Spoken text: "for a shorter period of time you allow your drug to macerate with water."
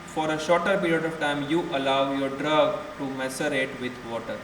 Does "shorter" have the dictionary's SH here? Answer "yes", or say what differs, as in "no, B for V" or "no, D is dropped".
yes